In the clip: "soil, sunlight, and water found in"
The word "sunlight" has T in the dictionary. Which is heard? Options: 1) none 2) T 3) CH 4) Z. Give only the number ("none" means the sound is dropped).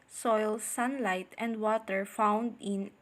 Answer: 2